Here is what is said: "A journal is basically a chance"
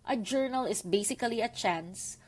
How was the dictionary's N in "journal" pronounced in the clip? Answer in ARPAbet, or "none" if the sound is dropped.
N